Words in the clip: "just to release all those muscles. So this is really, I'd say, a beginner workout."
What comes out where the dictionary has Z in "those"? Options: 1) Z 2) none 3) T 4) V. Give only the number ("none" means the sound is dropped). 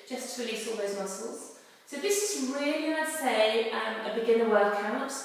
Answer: 1